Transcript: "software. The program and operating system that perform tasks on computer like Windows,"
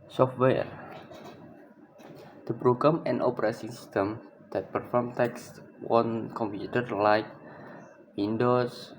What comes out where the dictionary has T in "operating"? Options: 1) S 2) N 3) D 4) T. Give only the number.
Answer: 1